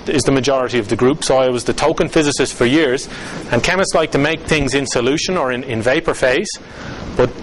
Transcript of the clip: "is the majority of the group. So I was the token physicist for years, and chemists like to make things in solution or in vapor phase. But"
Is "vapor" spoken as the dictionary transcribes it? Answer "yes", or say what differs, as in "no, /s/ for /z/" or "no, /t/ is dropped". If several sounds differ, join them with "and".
yes